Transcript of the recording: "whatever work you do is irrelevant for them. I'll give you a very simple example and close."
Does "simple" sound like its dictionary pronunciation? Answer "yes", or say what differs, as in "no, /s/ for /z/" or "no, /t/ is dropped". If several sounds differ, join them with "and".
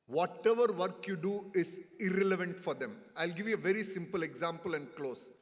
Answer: yes